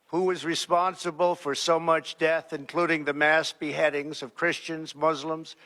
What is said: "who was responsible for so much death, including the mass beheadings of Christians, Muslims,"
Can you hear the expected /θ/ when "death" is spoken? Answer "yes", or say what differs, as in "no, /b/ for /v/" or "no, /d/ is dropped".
yes